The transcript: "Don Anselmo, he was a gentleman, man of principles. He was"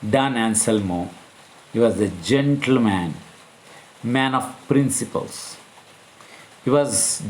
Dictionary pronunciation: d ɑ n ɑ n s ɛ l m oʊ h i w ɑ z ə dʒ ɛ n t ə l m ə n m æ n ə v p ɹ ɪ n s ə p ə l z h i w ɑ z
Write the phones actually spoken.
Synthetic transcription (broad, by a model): d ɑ n ɑ n s ɛ l m oʊ h i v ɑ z ə dʒ ɛ n t ə l m ə n m æ n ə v p ɹ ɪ n s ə p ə l s h i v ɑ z